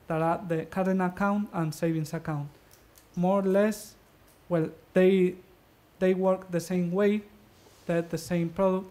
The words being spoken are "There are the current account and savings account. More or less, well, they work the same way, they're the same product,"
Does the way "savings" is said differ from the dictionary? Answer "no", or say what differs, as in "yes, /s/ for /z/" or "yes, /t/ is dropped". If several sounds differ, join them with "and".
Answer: yes, /s/ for /z/